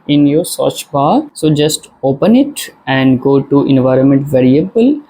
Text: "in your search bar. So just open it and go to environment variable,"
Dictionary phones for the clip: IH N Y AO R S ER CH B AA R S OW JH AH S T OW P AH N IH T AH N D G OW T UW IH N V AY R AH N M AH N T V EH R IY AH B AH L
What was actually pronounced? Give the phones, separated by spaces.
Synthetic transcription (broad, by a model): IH N Y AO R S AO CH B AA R S OW JH AH S T OW P AH N IH T AH N D G OW T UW IH N V AY R AH N M AH N T V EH R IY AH B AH L